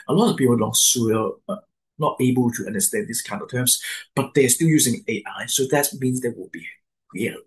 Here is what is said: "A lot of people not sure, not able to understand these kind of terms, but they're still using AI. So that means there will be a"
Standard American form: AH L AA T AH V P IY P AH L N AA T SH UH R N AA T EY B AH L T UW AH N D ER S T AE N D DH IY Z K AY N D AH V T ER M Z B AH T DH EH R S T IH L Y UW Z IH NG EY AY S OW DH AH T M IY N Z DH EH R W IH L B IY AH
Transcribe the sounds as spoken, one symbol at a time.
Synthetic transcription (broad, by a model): AH L AA T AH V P IY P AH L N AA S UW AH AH N AA T EY B AH L T UW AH N D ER S T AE N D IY S K AY N D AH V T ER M S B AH T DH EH S T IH L Y UW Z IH NG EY AY S OW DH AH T M IY N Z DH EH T W IH L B IY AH